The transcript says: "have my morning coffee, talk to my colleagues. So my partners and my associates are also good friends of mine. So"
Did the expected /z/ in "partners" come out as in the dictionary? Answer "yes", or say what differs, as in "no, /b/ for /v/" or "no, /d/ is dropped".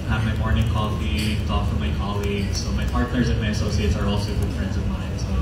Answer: yes